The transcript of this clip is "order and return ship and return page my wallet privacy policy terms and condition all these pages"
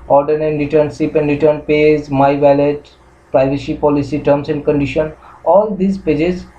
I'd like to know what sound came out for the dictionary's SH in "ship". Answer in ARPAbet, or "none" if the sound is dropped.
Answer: S